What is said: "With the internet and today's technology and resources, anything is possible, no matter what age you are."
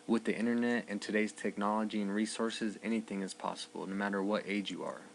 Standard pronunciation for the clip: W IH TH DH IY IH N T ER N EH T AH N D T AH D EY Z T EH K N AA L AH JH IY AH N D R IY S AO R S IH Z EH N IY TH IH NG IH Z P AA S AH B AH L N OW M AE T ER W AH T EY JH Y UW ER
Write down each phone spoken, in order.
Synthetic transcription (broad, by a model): W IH DH IY IH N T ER N EH T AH N T AH D EY Z T EH K N AA L AH JH IY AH N R IY S AO R S IH Z EH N IY TH IH NG IH Z P AA S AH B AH L N OW M AE T ER W AH T EY JH Y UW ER